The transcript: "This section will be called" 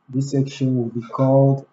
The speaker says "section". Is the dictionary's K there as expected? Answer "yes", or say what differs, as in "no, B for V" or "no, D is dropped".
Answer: yes